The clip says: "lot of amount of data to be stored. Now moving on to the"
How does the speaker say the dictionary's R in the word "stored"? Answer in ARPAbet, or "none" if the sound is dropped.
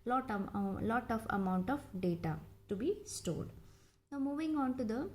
L